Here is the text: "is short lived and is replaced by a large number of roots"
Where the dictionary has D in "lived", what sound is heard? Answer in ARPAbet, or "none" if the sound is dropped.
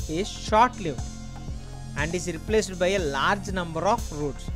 none